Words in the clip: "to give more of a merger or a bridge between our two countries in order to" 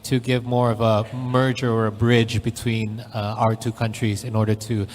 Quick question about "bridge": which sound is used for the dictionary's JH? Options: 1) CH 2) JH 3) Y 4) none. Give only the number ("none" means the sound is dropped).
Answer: 2